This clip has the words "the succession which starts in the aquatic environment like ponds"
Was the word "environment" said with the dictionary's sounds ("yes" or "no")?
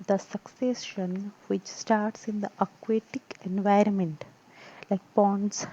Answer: yes